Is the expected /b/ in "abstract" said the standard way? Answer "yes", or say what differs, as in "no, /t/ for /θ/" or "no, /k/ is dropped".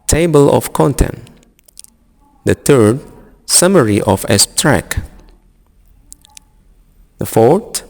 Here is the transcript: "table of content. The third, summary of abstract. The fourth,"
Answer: no, /b/ is dropped